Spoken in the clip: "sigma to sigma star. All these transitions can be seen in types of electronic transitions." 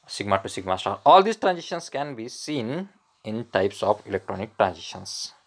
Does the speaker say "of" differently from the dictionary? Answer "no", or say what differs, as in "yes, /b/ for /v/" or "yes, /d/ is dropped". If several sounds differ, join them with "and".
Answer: yes, /p/ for /v/